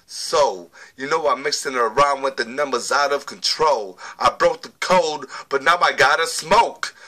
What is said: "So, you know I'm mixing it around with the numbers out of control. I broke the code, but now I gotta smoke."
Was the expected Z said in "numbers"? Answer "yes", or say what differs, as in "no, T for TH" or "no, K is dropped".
yes